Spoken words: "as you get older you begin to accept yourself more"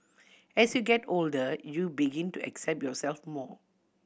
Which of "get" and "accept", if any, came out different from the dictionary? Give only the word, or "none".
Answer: none